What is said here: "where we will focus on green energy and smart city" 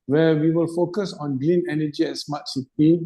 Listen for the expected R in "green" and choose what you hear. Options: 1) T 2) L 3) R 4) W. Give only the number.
2